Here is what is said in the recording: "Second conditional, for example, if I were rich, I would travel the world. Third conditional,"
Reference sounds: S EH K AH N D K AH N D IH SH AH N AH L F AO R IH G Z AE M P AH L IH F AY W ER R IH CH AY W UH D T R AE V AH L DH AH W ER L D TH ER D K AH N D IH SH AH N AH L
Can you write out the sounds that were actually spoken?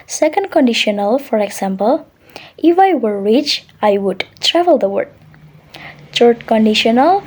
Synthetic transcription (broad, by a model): S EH K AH N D K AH N D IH SH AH N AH L F AO R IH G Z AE M P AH L IH F AY W ER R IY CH AY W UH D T R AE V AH L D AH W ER D T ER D K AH N D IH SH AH N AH L